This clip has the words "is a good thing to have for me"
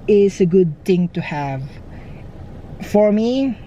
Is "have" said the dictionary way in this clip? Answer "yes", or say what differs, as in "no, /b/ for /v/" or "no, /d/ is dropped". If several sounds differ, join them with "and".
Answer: yes